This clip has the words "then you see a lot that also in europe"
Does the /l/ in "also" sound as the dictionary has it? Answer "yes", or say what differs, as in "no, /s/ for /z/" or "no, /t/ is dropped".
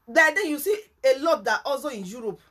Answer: no, /l/ is dropped